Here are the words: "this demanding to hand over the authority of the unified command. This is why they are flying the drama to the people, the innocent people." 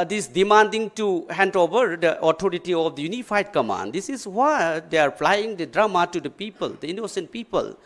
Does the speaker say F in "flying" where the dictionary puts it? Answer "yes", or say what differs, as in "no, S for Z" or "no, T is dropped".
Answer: no, P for F